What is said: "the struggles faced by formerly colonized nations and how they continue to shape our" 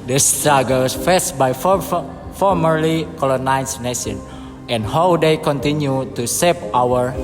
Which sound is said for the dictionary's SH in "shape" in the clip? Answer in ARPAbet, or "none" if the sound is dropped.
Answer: S